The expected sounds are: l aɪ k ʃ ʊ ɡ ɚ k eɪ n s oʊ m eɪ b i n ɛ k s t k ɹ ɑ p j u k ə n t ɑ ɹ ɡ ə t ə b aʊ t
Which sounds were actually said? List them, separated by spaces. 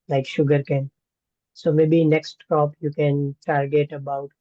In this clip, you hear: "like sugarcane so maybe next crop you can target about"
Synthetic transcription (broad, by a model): l aɪ k ʃ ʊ ɡ ɚ k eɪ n s oʊ m eɪ b i n ɛ k s t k ɑ p j u k ə n t ɑ ɹ ɡ ə t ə b aʊ t